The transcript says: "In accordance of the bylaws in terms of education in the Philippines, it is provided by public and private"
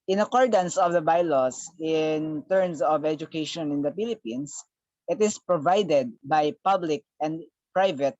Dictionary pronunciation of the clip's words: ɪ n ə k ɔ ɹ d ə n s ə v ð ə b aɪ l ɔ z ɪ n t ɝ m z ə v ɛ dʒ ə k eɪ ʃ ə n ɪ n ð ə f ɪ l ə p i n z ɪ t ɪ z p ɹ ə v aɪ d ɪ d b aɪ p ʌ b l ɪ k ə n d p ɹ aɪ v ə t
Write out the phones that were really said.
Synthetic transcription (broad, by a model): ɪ n ə k ɔ ɹ d ə n s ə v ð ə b aɪ l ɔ s ɪ n t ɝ m s ə v ɛ dʒ ə k eɪ ʃ ə n ɪ n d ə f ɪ l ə p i n s ɪ t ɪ s p ɹ ə v aɪ d ɪ d b aɪ p ʌ b l ɪ k ə n d p ɹ aɪ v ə t